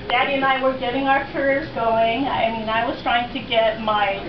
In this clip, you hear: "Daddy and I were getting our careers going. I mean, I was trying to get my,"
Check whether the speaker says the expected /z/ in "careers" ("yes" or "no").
yes